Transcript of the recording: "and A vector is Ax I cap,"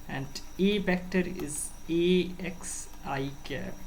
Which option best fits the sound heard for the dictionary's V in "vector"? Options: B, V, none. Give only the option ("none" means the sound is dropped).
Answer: B